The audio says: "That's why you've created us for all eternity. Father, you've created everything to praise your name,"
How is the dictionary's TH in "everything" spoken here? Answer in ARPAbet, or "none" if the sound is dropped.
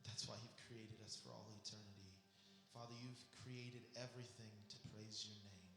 TH